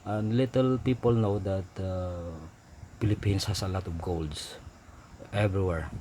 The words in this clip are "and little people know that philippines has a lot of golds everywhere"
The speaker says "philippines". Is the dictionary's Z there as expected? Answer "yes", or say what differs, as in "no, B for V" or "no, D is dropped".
no, S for Z